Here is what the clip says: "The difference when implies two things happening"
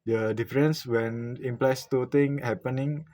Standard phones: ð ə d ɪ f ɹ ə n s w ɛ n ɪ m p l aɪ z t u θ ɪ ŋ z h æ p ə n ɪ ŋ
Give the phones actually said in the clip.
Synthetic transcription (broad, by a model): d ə d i f ɹ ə n s w ɛ n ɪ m p l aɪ s t u t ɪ ŋ h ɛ p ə n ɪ ŋ